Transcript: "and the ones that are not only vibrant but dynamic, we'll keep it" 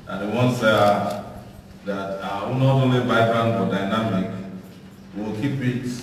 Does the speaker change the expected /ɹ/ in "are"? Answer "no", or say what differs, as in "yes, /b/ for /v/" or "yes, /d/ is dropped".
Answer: yes, /w/ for /ɹ/